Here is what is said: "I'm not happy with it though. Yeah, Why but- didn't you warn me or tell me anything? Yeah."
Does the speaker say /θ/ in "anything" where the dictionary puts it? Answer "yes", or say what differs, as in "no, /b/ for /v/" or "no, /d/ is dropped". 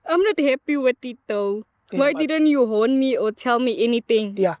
no, /t/ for /θ/